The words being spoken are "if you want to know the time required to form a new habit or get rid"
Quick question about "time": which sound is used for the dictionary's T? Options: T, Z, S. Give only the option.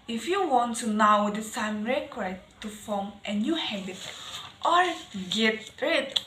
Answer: S